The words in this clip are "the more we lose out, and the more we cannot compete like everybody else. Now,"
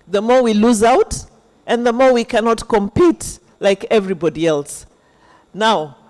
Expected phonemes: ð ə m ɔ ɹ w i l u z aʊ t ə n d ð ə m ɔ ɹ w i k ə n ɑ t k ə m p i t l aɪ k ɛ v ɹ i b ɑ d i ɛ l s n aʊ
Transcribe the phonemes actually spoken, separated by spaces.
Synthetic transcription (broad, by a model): ð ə m ɔ ɹ w i l u z aʊ t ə n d ð ə m ɔ ɹ w i k ə n ɑ t k ə m p i t l aɪ k ɛ v ɹ i b ɑ d i ɛ l s n aʊ